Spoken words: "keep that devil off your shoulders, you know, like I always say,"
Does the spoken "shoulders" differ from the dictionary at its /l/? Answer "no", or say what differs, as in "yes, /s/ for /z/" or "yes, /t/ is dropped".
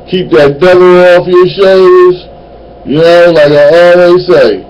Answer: yes, /l/ is dropped